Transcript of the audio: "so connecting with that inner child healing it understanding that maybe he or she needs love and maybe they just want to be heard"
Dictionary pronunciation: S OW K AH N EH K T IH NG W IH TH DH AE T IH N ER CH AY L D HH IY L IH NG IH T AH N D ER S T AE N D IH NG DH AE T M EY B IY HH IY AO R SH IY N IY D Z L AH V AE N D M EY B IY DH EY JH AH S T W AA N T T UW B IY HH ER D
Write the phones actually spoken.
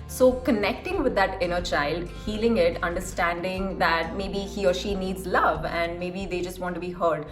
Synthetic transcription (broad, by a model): S OW K AH N EH K T IH NG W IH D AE T IH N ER CH AY L D HH IY L IH NG IH T AH N D ER S T AE N D IH NG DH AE T M EY B IY HH IY AO R SH IY N IY D Z L AH V AE N D M EY B IY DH EY JH AH S T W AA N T T UW B IY HH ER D